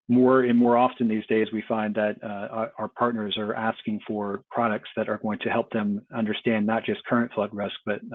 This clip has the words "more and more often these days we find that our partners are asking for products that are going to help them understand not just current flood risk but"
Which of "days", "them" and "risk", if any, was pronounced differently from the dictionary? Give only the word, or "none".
none